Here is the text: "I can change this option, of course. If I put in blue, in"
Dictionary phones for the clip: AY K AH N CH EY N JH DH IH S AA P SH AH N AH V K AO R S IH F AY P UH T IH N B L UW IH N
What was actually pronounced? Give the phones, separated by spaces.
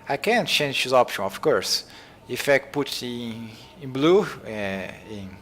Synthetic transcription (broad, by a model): AY K AH N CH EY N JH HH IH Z AA P SH AH N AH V K AO R S IH F AY P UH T IH N B L UW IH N